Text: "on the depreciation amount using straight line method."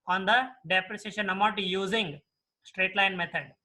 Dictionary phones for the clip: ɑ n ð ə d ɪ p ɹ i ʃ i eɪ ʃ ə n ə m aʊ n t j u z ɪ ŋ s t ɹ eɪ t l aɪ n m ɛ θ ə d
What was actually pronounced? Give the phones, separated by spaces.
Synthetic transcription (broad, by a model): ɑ n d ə d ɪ p ɹ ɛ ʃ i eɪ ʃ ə n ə m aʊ t j u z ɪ ŋ s t ɹ eɪ t l aɪ n m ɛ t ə d